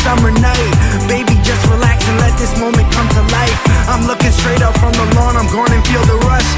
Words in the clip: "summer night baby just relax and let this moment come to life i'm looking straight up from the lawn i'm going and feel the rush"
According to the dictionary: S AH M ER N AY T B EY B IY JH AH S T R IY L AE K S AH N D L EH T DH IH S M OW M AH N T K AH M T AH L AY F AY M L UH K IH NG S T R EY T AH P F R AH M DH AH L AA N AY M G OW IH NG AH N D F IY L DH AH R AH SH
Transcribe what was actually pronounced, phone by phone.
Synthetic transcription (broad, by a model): S AH M ER N AY T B EY B IY JH AH S T R IY L AE K S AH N L EH T DH IH S M OW M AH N K AH M T AH L AY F AY M L UH K IH NG S T R EY T AH P F R AH M DH AH L AA N AY M G OW IH NG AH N F IY L DH AH R AH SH